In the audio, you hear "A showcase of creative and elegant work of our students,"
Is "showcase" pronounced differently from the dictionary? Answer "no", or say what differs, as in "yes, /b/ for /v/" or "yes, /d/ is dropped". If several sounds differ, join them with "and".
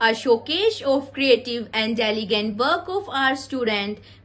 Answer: yes, /ʃ/ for /s/